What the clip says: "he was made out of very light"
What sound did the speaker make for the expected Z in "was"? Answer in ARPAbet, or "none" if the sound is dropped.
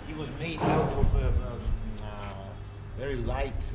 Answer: Z